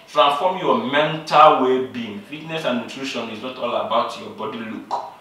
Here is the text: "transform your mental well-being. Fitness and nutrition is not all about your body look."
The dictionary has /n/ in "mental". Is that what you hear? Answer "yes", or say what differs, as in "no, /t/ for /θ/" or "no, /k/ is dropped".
yes